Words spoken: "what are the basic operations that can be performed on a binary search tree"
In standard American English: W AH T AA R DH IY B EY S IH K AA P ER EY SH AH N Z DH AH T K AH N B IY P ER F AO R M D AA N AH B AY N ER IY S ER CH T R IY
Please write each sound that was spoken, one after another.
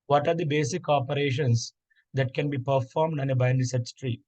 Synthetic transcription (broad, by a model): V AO T AA R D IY B EY S IH K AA P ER EY SH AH N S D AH T K AH N B IY P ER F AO R M D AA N AH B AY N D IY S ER S T R IY